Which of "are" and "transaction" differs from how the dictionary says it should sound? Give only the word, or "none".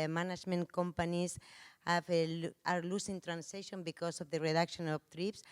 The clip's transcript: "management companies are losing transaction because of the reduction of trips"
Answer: transaction